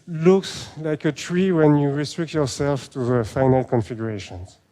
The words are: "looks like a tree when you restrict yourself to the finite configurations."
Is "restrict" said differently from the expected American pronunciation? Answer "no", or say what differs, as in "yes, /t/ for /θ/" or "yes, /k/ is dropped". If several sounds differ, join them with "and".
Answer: no